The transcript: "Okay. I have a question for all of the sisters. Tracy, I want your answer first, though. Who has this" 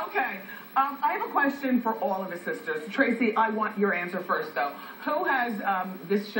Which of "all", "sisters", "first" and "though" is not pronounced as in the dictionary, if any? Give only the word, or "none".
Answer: none